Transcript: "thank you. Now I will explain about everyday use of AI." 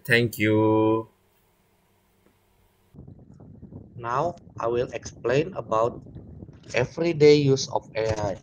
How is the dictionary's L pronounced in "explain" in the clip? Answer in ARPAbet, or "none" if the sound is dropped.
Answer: L